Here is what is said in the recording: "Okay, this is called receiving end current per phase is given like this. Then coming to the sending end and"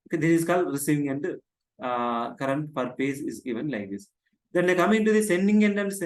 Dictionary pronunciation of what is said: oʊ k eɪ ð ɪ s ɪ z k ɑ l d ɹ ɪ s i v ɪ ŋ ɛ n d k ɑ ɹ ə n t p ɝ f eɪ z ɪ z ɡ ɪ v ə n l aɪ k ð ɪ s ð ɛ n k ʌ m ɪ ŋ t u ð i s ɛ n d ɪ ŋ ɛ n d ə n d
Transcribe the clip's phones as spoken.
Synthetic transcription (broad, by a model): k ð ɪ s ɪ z k ɑ l d ɹ ɪ s i v ɪ ŋ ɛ n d k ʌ ɹ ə n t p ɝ p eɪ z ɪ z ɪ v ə n l aɪ k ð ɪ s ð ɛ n k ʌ m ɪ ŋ t u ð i s ɛ n d ɪ ŋ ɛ n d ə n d